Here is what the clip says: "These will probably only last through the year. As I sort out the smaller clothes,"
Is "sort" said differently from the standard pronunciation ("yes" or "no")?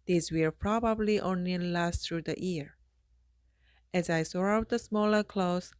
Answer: yes